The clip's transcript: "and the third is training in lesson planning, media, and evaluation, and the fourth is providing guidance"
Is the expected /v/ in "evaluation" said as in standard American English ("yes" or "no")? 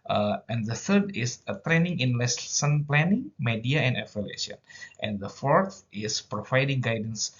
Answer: no